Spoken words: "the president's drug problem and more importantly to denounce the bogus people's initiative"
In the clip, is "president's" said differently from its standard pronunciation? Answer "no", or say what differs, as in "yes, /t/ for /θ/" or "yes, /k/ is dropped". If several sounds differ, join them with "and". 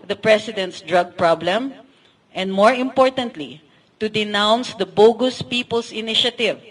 yes, /s/ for /z/